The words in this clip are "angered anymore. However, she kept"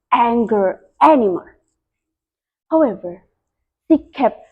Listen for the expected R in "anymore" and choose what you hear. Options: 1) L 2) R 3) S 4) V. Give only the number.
1